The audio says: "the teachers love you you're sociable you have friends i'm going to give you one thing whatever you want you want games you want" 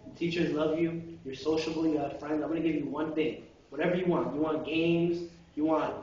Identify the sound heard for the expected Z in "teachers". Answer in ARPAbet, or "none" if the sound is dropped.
Z